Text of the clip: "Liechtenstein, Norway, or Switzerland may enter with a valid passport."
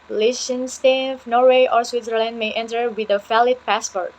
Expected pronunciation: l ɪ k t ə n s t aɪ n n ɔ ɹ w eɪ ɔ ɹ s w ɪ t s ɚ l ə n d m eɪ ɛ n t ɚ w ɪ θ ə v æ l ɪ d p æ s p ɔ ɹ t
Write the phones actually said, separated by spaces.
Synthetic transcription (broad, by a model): l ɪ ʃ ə n s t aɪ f n ɔ ɹ w eɪ ɔ ɹ s w ɪ t s ɚ l ə n d m eɪ ɛ n t ɚ w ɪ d ə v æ l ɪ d p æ s p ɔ ɹ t